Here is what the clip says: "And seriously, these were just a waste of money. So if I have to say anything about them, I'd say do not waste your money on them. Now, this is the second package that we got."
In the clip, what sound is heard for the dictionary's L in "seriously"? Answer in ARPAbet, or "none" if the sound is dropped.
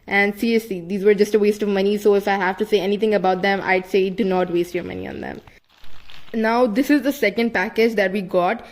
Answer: none